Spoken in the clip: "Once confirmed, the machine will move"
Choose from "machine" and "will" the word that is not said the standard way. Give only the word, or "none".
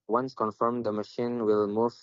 none